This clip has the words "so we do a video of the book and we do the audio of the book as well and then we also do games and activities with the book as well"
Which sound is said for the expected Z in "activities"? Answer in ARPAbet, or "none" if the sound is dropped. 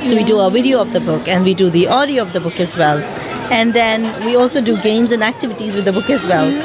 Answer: Z